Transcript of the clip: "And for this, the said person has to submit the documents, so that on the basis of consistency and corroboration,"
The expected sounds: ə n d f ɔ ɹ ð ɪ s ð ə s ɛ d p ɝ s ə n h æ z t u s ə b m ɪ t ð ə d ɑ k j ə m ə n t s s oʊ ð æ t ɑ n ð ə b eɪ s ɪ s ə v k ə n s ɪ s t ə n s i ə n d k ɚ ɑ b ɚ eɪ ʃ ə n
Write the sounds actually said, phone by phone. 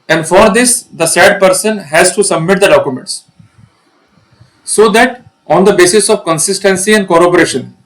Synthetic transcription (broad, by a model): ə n d f ɔ ɹ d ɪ s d ə s ɛ d p ɝ s ə n h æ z t u s ə b m ɪ t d ə d ɑ k j ə m ə n t s s oʊ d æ t ɑ n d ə b eɪ s ɪ s ə v k ə n s ɪ s t ə n s i ə n d k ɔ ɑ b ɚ eɪ ʃ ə n